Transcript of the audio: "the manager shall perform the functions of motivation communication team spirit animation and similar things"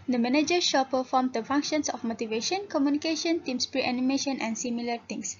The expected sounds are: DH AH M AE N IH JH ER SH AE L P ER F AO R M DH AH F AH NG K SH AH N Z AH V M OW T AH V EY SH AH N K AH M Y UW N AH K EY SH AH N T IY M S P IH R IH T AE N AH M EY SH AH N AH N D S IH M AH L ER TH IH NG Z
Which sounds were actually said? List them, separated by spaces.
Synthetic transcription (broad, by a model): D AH M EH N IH JH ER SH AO P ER F AO M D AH F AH NG K SH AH N S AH F M OW T AH V EY SH AH N K AH M Y UW N AH K EY SH AH N T IY M S P R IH T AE N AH M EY SH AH N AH N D S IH M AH L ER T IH NG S